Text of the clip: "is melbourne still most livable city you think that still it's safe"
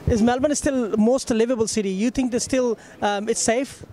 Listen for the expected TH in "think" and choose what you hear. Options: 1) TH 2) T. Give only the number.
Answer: 2